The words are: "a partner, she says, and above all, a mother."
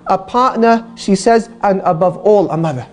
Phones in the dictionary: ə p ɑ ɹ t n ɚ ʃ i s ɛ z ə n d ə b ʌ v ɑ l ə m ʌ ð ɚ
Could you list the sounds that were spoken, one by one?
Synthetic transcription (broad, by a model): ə p ɑ ɹ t n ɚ ʃ i s ɛ z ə n ə b ʌ v ɑ l ə m ʌ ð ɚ